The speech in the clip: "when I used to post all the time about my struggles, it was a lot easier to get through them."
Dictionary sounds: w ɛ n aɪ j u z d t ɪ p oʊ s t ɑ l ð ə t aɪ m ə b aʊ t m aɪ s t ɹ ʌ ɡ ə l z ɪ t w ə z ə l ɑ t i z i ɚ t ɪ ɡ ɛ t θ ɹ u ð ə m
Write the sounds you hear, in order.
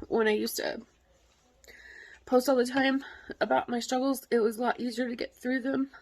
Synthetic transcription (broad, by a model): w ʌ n aɪ j u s t ɪ p oʊ s t ɑ l ð ə t aɪ m ə b aʊ t m aɪ s t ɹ ʌ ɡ l z ɪ t w ə z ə l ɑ t i z i ɚ t ɪ ɡ ɛ t θ ɹ u ð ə m